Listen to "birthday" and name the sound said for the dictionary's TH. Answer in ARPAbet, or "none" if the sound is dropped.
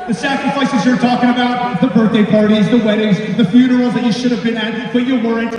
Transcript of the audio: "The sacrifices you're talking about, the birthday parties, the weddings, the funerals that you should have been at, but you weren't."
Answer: TH